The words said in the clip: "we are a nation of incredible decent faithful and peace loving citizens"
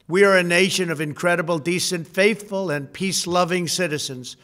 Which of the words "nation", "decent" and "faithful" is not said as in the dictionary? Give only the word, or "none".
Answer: none